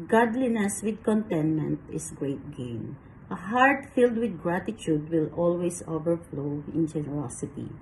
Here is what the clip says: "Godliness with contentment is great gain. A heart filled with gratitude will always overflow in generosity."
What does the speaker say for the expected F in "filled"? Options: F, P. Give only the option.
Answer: F